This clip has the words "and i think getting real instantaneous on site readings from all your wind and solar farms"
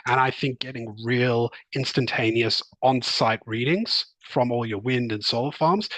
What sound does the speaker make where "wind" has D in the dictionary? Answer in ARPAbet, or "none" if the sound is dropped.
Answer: D